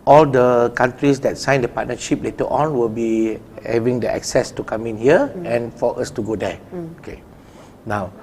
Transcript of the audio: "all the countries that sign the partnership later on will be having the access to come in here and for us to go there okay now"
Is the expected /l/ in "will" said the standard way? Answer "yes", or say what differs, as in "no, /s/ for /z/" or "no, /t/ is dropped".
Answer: yes